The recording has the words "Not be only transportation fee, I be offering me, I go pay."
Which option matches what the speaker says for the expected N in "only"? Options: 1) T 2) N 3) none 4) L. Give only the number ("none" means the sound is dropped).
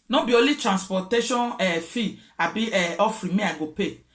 3